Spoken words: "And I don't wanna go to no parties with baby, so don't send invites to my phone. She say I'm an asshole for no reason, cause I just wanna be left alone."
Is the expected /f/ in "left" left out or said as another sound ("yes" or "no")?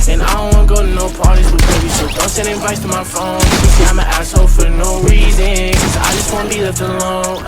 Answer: yes